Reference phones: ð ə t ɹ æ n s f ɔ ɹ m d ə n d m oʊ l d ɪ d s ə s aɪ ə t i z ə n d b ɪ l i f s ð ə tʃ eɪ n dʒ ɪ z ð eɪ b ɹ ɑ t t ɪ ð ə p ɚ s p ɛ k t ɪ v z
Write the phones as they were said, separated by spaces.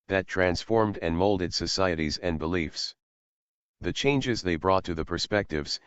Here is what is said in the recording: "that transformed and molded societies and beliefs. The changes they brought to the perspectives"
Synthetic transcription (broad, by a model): ð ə t ɹ æ n s f ɔ ɹ m d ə n m oʊ l d ɪ d s ə s aɪ ə t i z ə n b ɪ l i f s ð ə tʃ eɪ n dʒ ɪ z ð eɪ b ɹ ɑ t t ɪ ð ə p ɚ s p ɛ k t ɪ v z